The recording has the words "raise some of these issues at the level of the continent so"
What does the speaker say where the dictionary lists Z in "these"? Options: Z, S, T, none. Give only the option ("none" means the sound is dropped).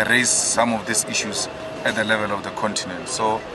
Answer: S